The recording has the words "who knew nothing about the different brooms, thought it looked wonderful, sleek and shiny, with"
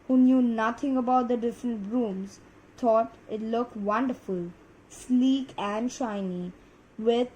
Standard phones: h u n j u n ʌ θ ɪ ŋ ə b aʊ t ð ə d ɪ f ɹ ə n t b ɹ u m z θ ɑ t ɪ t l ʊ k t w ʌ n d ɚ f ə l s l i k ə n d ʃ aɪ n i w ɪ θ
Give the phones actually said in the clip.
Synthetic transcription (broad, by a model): h u n j u n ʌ t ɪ ŋ ə b aʊ t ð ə d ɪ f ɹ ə n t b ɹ u m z t ɑ t ɪ t l ʊ k t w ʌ n d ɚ f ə l s l i k ə n d ʃ aɪ n i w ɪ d